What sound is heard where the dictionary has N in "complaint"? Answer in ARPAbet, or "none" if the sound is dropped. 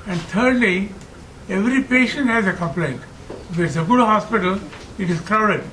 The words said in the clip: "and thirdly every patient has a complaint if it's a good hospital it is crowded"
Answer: N